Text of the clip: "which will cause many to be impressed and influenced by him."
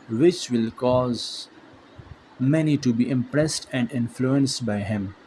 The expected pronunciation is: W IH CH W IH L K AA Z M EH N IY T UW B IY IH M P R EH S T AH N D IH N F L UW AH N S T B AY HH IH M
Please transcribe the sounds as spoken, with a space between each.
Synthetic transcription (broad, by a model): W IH CH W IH L K AA Z M EH N IY T UW B IY IH M P R EH S T AH N D IH N F L UW AH N S T B AY HH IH M